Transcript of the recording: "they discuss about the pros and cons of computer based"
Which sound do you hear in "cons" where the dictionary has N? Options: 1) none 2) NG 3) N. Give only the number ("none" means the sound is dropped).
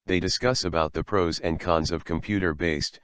3